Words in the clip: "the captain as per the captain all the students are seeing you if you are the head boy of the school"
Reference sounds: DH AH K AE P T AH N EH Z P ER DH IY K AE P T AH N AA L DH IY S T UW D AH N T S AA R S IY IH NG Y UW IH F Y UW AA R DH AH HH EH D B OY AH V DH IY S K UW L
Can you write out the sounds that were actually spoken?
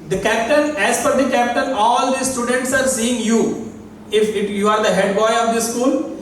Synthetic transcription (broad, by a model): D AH K AE P T AH N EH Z F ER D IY K AE P T AH N AA L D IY S T UW D AH N T S AA R S IY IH NG Y UW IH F Y UW AA R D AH HH EH D B OY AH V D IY S K UW L